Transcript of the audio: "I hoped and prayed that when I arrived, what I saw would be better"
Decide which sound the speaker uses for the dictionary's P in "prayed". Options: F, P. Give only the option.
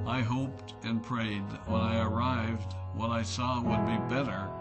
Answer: P